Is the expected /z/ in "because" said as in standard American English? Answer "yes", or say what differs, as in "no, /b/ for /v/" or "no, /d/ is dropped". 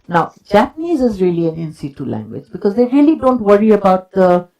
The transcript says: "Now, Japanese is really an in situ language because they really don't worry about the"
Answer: yes